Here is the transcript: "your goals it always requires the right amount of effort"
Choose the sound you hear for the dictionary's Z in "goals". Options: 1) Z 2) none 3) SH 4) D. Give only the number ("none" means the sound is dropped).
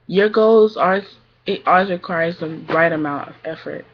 1